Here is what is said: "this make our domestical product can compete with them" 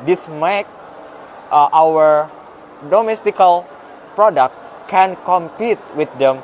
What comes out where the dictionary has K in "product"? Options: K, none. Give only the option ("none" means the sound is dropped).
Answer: K